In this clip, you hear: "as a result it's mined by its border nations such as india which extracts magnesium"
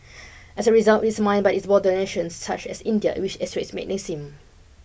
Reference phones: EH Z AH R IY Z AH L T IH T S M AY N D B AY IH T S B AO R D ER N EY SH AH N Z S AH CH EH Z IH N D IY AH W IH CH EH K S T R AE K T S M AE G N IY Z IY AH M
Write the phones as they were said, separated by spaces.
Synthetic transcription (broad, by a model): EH S AH R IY Z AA L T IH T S M AY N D B AY IH T S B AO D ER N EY SH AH N S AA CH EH S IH N D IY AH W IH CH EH S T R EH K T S M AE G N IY S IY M